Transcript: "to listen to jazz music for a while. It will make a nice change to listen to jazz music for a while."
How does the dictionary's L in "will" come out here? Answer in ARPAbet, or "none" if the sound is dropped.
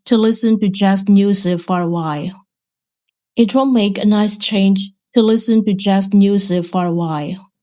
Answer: N